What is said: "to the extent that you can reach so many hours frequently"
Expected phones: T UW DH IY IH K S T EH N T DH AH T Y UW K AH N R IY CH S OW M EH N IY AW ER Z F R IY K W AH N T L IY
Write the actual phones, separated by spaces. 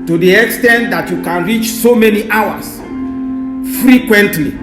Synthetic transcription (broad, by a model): T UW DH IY IH K S T EH N T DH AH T Y UW K AH N R IY CH S OW M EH N IY AW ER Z F R IY K W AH N T L IY